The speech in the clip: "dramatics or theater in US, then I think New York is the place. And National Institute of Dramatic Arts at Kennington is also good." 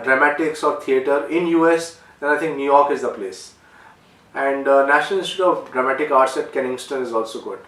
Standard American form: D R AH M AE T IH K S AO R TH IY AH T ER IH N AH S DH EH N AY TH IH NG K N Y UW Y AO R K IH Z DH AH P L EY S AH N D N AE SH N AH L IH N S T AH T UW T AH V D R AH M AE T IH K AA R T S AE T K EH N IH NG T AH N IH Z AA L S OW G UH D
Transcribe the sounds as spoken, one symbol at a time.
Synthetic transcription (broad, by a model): D R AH M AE T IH K S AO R T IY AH T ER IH N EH S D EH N AY T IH NG K N Y UW Y AO R K IH Z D AH P L EY S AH N D N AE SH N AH L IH S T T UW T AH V D R AH M AE T IH K AA R T S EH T K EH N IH NG T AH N IH Z AA L S OW G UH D